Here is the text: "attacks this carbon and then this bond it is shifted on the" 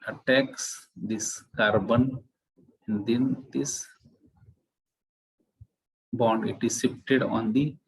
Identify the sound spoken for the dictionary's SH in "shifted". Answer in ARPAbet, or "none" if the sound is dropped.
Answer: S